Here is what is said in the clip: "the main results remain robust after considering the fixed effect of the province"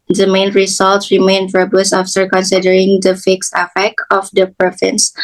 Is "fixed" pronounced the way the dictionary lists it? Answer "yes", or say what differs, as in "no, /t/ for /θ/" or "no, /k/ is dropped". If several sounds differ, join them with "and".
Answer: yes